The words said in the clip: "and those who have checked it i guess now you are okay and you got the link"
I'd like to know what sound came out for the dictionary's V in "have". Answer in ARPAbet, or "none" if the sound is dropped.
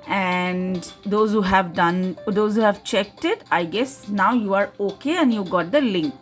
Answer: V